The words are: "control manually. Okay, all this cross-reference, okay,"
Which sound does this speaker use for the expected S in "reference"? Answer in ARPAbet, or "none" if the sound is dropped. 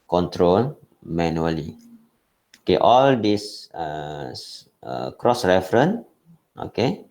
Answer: none